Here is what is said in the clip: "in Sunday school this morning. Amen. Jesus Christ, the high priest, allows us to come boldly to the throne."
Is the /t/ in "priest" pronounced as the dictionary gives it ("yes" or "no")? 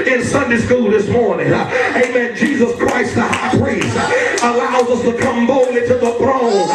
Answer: no